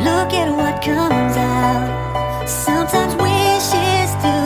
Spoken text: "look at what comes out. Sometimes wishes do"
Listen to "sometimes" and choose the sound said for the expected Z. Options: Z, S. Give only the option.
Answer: Z